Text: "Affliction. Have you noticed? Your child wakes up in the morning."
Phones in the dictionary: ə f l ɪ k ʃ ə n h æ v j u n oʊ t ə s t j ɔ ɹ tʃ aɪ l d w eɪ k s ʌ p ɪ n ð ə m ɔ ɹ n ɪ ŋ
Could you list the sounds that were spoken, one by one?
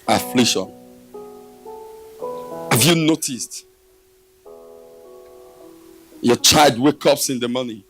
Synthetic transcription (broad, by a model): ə f l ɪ k ʃ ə n h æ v j u n oʊ t ə s t j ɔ tʃ aɪ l d w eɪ k ʌ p ɪ n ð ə m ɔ n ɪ